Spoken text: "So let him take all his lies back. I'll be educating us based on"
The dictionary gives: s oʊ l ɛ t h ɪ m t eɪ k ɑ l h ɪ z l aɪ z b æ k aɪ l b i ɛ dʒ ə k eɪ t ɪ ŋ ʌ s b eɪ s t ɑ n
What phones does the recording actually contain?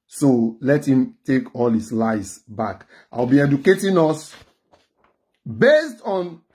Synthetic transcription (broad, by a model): s oʊ l ɛ t h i m t eɪ k ɑ l h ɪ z l aɪ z b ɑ k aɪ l b i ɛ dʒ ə k eɪ t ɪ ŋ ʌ s b eɪ s t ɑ n